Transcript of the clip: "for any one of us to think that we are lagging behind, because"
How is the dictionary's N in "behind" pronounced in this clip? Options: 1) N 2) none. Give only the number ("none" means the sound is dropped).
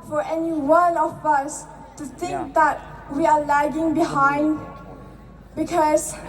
1